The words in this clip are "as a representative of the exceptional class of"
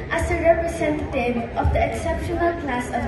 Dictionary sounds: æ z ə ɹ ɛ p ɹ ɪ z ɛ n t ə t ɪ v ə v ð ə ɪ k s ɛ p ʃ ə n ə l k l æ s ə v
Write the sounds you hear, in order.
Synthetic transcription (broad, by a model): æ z ə ɹ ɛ p ɹ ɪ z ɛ n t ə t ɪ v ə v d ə ɪ k s ɛ p ʃ ə n ə l k l æ s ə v